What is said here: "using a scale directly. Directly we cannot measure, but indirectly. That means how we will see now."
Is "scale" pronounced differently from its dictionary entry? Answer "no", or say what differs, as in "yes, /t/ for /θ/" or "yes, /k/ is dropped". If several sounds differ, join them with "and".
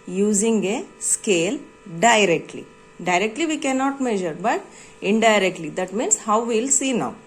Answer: no